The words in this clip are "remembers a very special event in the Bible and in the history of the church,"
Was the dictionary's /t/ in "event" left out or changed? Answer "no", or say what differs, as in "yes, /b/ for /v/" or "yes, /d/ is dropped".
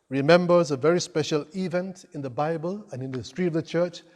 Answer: no